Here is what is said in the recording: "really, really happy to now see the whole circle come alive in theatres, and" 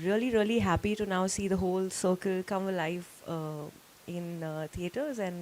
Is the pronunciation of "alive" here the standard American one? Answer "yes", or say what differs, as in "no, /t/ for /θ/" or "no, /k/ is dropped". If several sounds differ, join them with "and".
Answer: no, /f/ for /v/